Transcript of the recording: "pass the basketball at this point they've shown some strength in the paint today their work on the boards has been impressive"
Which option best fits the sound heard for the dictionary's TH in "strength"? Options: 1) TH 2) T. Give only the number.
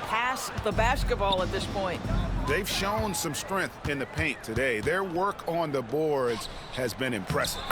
1